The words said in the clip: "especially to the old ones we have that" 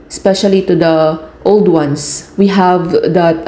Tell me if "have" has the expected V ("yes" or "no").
yes